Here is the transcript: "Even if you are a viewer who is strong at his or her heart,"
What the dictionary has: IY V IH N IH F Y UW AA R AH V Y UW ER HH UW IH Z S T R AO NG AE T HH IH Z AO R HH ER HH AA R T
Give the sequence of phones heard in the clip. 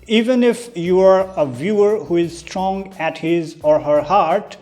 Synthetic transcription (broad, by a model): IY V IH N IH F Y UW AA R AH V Y UW ER HH UW IH Z S T R AO NG AE T HH IH Z AO R HH ER HH AA R T